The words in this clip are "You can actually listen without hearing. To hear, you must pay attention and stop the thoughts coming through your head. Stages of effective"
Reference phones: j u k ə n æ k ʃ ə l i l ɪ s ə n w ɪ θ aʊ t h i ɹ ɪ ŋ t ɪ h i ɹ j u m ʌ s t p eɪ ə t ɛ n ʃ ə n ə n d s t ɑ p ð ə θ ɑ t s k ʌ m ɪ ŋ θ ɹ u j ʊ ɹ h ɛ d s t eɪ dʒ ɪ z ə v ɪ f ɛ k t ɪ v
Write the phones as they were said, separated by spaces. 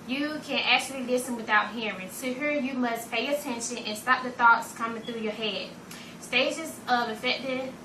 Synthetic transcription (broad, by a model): j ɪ k ə n æ k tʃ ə l i l ɪ s ə n w ɪ θ aʊ t h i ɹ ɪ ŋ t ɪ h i ɹ j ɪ m ʌ s p eɪ ə t ɛ n ʃ ə n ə n s t ɑ p ð ə θ ɑ t s k ʌ m ɪ ŋ θ ɹ u j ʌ ɹ h ɛ d s t eɪ dʒ ɪ z ə v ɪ f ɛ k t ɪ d